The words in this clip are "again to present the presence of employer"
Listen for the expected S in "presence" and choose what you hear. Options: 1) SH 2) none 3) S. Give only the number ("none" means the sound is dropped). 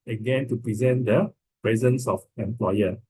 3